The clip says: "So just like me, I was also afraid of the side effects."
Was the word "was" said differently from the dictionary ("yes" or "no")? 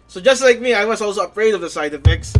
yes